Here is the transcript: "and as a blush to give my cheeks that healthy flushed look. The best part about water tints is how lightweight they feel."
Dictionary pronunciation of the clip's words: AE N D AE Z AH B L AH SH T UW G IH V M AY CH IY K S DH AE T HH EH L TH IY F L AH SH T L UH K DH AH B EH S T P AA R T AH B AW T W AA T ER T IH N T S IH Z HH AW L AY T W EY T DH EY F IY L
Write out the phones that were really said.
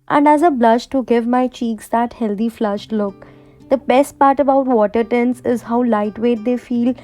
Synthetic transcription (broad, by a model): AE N D AE Z AH B L AH SH T UW G IH V M AY CH IY K S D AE T HH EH L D IY F L AH SH T L UH K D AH B EH S T P AA R T AH B AW T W AA T ER T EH N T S IH Z HH AW L AY T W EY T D EY F IY L